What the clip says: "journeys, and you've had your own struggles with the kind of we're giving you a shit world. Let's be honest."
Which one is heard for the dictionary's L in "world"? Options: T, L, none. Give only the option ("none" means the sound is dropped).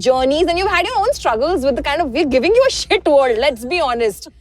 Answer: none